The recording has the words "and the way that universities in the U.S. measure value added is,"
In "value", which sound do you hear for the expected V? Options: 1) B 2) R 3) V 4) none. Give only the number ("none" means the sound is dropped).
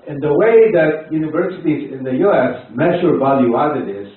3